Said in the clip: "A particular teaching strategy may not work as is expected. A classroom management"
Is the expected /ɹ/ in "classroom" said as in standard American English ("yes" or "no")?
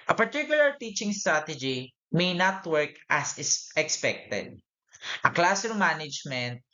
no